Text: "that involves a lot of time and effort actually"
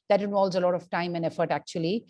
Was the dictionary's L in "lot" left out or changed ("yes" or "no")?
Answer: no